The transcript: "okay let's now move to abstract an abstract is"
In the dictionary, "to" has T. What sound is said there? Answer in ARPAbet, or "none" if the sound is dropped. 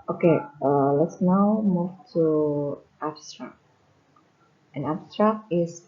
T